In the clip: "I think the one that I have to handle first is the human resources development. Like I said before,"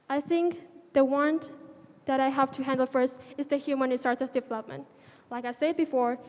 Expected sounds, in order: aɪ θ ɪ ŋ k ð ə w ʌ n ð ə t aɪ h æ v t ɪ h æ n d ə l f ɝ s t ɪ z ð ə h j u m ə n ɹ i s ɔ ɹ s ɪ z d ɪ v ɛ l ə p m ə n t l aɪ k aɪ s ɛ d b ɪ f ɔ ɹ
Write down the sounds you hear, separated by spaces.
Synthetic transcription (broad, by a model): aɪ θ ɪ ŋ k ð ə w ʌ n ð ə t aɪ h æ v t ɪ h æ n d l f ɝ s t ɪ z ð ə h j u m ə n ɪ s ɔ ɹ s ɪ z d ɪ v ɛ l ə p m ə n t l aɪ k aɪ s ɛ d b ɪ f ɔ ɹ